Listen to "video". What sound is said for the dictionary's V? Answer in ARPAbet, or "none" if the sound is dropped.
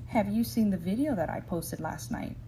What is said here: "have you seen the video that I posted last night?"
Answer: V